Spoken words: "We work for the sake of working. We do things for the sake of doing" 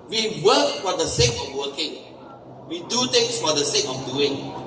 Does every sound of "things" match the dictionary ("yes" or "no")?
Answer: no